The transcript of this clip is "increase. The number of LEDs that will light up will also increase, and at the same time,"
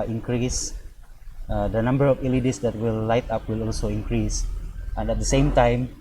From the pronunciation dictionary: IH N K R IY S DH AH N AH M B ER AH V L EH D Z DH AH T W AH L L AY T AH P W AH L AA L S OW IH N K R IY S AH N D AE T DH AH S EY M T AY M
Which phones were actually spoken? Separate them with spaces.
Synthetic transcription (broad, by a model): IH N K R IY S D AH N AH M B ER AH F L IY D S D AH T W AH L L AY T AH P W AH L AA L S OW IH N K R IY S AH N D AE T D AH S EY M T AY M